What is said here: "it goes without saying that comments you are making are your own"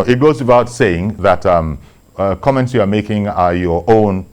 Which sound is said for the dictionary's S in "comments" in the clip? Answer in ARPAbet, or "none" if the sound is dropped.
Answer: S